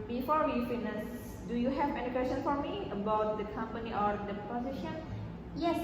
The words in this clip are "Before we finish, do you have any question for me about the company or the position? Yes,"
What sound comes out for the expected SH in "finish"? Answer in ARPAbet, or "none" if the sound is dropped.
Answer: S